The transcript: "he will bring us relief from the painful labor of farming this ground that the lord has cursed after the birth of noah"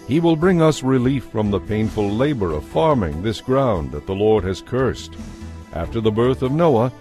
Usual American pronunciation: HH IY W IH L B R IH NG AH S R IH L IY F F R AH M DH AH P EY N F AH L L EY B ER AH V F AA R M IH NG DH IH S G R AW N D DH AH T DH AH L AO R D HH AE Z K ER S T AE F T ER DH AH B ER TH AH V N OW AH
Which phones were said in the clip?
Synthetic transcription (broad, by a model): HH IY W IH L B R IH NG AH S R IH L IY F F R AH M DH AH P EY N F AH L L EY B ER AH V F AA R M IH NG DH IH S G R AW N DH AH T DH AH L AO R D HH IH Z K ER S T AE F T ER DH AH B ER TH AH V N OW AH